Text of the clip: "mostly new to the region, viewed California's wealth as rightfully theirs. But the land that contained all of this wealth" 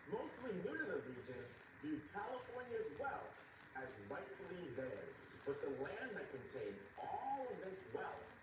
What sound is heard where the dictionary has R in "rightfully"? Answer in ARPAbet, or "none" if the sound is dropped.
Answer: L